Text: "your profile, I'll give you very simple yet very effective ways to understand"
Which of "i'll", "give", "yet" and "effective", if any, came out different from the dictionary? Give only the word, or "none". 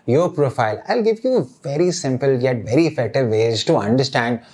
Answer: effective